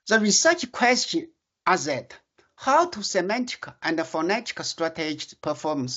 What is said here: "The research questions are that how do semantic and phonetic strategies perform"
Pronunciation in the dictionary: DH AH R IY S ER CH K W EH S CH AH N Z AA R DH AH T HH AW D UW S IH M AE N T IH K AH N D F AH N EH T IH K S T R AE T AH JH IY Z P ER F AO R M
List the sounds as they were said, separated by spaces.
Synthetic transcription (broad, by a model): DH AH R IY S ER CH K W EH S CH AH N AA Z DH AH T HH AW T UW S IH M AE N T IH K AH N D F AH N EH T IH K S T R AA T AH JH P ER F AO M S